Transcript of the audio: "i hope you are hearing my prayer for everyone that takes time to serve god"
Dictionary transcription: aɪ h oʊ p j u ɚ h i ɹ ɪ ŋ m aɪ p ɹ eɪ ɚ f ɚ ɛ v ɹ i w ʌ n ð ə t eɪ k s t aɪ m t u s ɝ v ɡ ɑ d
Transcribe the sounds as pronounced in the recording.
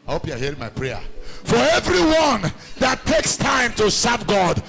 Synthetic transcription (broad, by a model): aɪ h oʊ p j u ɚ h i ɹ ɪ ŋ m aɪ p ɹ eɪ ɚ f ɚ ɛ v ɹ i w ʌ n ð ə t eɪ k s t aɪ m t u s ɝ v ɡ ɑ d